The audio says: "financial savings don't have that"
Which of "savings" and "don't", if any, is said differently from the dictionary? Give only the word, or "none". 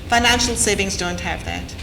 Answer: none